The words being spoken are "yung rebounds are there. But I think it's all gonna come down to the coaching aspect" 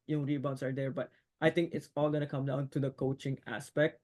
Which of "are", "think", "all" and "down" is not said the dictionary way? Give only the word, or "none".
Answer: think